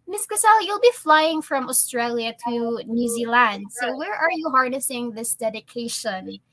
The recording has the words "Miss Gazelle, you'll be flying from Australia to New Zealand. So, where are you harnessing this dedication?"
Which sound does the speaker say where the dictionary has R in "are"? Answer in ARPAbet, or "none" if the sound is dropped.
R